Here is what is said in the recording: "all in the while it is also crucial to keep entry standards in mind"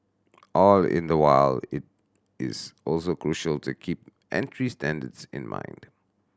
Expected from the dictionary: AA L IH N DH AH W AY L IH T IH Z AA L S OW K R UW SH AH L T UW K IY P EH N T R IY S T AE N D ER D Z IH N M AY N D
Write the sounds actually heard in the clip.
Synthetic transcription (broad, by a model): AA L IH N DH AH W AY L IH T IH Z AA L S OW K R UW SH AH L T UW K IY P EH N T R IY S T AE N D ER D S IH N M AY N D